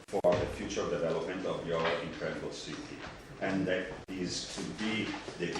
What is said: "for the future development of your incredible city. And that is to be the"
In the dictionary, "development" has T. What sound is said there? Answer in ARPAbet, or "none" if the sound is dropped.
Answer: T